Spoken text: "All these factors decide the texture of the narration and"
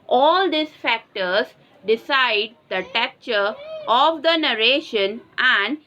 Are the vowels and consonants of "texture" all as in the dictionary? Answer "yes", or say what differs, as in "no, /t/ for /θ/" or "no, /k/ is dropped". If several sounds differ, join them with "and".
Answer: no, /s/ is dropped